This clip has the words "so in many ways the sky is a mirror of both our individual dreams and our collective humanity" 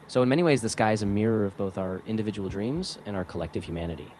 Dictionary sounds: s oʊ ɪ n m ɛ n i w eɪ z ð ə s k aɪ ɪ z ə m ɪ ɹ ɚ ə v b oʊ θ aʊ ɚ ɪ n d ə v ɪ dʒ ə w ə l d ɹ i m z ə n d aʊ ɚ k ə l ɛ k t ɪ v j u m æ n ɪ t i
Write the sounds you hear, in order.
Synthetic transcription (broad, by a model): s oʊ ɪ n m ɛ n i w eɪ z ð ə s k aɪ ɪ z ə m ɪ ɹ ɚ ə v b oʊ θ aʊ ɚ ɪ n d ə v ɪ dʒ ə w l d ɹ i m z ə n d aʊ ɚ k ə l ɛ k t ɪ v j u m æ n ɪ t i